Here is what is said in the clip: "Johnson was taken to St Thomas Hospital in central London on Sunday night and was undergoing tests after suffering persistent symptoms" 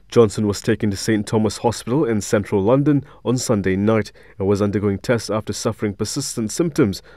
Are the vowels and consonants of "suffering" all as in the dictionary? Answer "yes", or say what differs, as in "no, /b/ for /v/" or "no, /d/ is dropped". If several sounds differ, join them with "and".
yes